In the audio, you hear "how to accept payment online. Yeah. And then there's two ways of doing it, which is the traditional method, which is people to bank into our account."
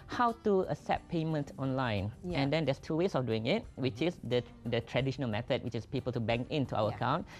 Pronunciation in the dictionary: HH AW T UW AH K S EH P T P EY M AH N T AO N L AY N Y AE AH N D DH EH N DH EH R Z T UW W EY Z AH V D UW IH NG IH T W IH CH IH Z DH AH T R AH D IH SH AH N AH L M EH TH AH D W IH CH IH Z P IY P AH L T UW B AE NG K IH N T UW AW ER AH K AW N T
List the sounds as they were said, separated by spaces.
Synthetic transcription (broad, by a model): HH AW T UW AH S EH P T P EY M AH N T AO N L AY N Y AH N D EH N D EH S T UW W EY S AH F D UW IH NG IH T W IH CH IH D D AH T R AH D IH SH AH N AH L M EH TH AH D W IH CH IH S P IY P AH L T UW B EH NG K IH N T UW AW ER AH K AW N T